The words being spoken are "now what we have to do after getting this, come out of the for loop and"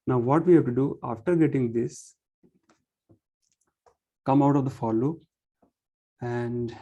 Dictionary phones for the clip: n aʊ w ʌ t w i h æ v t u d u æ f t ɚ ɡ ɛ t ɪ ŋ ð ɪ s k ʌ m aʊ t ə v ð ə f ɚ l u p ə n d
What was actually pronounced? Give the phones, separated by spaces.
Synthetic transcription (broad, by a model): n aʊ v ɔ t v i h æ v t u d u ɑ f t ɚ ɡ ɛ t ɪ ŋ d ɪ s k ʌ m aʊ t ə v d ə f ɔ l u ə n d